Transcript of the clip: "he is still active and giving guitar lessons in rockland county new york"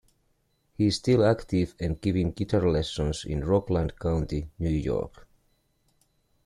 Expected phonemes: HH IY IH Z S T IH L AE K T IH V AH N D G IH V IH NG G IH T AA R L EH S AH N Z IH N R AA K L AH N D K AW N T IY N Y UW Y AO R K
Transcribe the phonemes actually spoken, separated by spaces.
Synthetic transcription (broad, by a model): HH IY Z S T IH L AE K T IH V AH N G IH V IH NG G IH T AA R L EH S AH N S IH N R AA K L AH N D K AW N T IY N Y UW Y AO R K